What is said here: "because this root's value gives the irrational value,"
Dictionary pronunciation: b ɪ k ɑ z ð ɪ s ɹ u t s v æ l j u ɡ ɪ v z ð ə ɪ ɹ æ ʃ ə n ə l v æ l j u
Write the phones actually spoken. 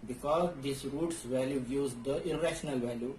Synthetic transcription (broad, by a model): b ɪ k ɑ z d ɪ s ɹ u t s v æ l j u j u z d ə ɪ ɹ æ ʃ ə n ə l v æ l j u